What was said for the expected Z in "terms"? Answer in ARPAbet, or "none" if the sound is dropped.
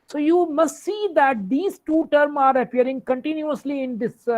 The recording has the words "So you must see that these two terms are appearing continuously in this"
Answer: none